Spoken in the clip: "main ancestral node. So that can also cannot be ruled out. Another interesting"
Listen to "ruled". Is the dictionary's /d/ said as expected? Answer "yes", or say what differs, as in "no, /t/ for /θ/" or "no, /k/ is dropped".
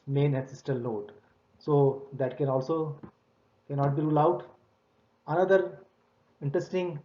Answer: no, /d/ is dropped